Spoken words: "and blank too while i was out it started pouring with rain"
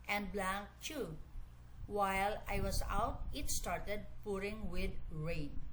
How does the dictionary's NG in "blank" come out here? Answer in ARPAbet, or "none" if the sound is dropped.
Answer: none